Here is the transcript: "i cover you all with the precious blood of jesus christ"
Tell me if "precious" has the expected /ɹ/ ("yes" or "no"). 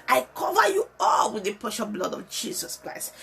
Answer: no